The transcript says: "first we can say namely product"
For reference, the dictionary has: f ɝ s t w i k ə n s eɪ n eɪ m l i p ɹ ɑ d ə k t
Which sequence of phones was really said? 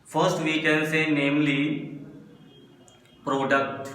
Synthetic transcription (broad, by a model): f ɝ s t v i k ə n s eɪ n eɪ m l i p ɹ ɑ d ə k t